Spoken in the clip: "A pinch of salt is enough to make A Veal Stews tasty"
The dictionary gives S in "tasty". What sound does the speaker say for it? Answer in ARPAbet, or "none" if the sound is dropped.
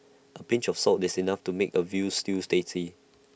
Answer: none